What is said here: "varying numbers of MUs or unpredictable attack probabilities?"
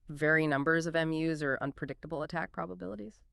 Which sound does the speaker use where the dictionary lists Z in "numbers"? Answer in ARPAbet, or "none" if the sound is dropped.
Z